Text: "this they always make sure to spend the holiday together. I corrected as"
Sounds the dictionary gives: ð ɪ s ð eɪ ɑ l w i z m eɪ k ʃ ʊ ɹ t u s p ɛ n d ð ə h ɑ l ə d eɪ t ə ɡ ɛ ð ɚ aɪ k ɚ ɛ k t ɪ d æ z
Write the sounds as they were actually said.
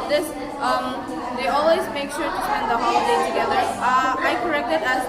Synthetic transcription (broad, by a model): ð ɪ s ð eɪ ɑ l w i z m eɪ k ʃ ʊ ɹ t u s ɛ n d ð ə h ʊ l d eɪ t ə ɡ ɛ ð ɚ aɪ k ɚ ɛ k t ɪ d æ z